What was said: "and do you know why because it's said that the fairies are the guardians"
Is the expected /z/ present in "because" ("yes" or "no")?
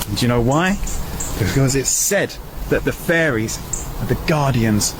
yes